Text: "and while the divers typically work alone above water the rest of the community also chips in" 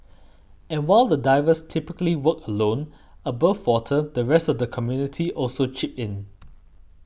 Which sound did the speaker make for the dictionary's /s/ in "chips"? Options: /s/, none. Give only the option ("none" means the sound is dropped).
none